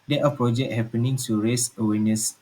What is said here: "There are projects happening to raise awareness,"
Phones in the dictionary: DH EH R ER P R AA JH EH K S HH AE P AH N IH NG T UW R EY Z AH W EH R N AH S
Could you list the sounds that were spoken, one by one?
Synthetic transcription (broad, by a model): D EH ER P R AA JH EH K HH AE P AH N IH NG T UW R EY S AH W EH N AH S